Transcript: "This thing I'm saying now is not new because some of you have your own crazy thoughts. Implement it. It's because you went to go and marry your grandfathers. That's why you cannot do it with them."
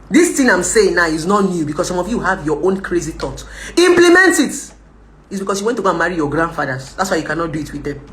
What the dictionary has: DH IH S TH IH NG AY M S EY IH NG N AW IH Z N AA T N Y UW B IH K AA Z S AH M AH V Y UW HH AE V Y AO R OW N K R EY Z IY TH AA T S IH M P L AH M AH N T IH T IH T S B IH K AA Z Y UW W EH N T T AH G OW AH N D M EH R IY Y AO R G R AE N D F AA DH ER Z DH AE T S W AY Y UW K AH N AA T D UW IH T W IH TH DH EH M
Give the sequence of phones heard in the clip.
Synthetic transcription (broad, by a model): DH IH S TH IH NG AY M S EY IH NG N AW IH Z N AA T N Y UW B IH K AA S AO M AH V Y UW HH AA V Y AO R OW N K R EY Z IY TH AA T IH M P L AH M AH N T IH T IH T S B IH K AA S Y UW W EH N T T AH G OW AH N M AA R IY Y AO G R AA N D F AA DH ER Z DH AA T S W AY Y UW K AH N AA T D UW IH T W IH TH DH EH M